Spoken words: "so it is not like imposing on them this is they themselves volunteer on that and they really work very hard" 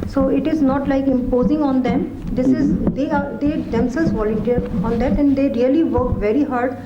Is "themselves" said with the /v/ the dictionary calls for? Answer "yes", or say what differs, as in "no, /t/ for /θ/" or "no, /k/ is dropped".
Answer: no, /v/ is dropped